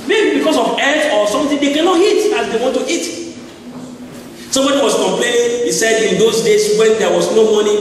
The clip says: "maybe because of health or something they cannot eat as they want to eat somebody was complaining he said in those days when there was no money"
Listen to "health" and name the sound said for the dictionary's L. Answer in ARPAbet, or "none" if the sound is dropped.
none